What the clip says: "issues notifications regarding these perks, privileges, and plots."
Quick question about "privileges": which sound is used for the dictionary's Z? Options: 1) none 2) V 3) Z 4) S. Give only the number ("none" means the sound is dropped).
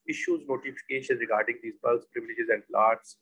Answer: 3